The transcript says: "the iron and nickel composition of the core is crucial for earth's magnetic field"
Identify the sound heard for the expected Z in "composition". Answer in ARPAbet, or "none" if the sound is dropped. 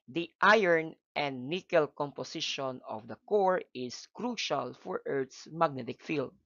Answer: S